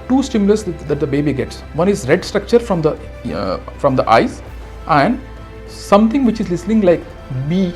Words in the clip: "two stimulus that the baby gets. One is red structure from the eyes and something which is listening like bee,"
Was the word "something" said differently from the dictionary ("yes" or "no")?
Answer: yes